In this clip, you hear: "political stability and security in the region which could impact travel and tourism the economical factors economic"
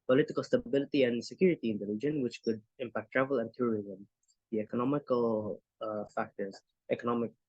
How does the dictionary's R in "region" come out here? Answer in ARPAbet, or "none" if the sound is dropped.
L